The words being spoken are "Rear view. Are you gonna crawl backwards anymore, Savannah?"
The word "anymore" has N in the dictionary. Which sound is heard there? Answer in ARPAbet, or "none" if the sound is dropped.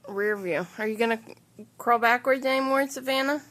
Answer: none